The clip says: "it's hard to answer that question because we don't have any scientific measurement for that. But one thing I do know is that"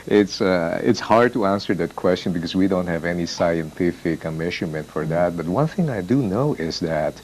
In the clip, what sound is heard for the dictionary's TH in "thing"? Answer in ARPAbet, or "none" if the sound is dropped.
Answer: TH